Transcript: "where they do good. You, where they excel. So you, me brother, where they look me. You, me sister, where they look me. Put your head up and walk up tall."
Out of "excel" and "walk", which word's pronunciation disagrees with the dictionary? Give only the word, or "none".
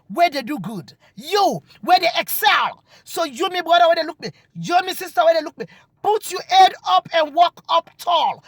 none